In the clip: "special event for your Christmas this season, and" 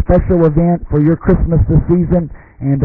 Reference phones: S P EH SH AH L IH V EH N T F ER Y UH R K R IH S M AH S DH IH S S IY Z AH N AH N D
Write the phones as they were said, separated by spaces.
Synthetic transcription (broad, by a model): P EH SH L IH V EH N T F ER Y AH R K R IH S M AH S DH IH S S IY Z AH N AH N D